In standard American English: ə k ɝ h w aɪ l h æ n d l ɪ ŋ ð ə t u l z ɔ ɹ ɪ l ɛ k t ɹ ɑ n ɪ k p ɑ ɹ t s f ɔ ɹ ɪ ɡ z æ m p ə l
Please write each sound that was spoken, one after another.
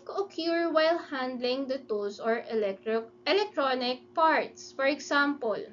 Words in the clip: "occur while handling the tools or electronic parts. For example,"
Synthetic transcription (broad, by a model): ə k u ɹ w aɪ l h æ n d l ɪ ŋ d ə t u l s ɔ ɹ ɪ l ɛ k t ɹ ɑ n ɪ k p ɑ ɹ t s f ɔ ɹ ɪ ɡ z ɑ m p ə l